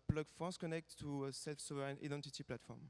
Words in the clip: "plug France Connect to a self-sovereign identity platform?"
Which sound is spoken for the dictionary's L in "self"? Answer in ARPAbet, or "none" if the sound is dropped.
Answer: L